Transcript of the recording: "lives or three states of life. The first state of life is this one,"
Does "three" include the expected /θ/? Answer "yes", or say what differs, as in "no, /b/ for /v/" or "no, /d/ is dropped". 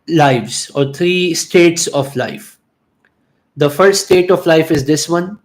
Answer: no, /t/ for /θ/